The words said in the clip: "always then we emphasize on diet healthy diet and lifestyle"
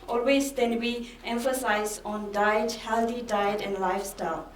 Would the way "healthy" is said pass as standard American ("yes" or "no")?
no